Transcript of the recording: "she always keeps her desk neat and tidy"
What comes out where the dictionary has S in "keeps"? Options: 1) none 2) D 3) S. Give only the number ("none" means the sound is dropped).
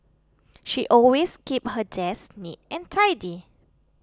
1